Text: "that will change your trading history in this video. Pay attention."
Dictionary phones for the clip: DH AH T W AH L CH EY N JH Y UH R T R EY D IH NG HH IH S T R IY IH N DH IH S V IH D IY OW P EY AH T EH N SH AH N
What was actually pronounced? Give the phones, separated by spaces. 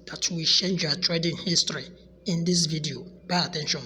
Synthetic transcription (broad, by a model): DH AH T W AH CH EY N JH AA T R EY D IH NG HH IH S T R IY IH N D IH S V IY D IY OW B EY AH T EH N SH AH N